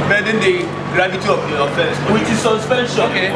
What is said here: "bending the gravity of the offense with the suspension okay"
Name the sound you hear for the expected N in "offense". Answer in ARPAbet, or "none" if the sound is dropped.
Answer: none